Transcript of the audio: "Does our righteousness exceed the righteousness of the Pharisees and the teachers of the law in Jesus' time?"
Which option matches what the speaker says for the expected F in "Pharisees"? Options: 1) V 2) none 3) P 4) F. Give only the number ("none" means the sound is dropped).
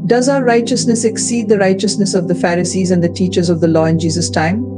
4